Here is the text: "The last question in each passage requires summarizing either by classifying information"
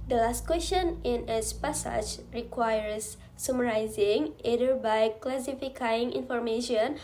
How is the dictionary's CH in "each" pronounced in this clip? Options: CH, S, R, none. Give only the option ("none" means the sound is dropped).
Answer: S